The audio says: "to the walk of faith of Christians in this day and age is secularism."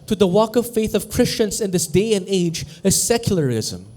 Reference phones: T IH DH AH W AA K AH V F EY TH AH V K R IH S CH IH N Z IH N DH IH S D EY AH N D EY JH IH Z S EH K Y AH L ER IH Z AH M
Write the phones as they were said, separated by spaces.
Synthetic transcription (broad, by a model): T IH DH AH W AA K AH V F EY TH AH V K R IH S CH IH N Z IH N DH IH S D EY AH N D EY JH IH Z S EH K Y L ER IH Z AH M